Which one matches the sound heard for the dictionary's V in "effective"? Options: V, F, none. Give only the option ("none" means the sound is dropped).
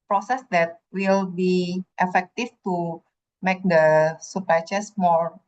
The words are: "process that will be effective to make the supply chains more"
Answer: F